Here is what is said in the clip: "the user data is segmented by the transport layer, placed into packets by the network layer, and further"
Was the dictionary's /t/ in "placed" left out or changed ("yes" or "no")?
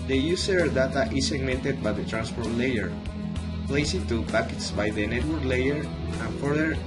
yes